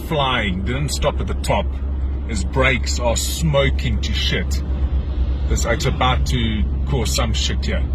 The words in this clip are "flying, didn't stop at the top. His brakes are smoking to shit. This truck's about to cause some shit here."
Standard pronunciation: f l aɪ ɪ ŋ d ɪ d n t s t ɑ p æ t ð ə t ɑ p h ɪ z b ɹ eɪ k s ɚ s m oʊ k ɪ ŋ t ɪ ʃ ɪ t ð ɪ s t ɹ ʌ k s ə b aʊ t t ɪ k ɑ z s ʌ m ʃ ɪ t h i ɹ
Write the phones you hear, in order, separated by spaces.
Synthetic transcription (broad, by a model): f l aɪ ɪ ŋ d ɪ d n t s t ɑ p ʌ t ð ə t ɑ p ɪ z b ɹ eɪ k s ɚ s m oʊ k ɪ ŋ t ɪ ʃ ɪ t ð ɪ t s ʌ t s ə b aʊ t t ɪ k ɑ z s ʌ m ʃ ɪ t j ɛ